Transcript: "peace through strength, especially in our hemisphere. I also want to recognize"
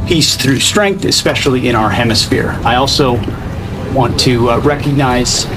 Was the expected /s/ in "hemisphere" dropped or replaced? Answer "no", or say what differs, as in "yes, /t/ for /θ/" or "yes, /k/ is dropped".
no